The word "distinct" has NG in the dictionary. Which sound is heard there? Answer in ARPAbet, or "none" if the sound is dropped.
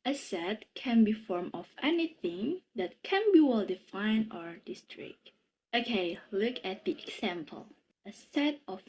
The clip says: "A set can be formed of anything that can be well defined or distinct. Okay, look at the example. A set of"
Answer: none